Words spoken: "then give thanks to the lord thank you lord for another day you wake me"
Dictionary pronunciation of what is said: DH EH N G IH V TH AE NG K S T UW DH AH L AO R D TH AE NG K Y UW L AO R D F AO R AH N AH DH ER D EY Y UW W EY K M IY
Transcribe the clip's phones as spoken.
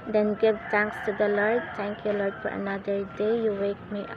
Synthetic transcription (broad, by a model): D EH N G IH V T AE NG K S T UW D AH L AO R D T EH NG K Y UW L AO R D F AO R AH N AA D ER D EY Y UW W EY K M IY